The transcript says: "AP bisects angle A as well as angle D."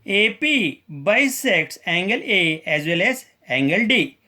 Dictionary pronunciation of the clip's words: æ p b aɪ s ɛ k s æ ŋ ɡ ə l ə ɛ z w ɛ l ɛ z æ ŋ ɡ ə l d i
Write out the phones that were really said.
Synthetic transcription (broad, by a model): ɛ p b aɪ s ɛ k s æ ŋ ɡ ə l ə ɛ z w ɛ l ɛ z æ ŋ ɡ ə l d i